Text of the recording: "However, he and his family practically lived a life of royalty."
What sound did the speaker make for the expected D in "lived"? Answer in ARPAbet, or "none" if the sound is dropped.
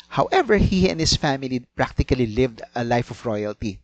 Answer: D